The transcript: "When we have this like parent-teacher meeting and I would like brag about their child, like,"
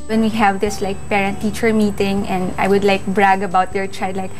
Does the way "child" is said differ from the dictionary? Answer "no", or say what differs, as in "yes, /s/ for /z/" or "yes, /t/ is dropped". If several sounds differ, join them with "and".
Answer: yes, /l/ is dropped